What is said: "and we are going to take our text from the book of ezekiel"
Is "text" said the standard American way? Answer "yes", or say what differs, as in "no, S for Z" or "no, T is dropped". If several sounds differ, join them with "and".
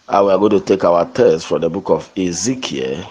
no, K is dropped